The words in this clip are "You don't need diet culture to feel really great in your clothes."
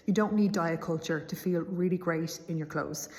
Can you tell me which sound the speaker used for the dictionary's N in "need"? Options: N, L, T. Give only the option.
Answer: N